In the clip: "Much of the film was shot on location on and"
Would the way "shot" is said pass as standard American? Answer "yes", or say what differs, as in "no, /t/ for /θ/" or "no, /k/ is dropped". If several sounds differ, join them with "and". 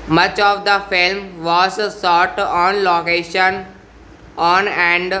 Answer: no, /s/ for /ʃ/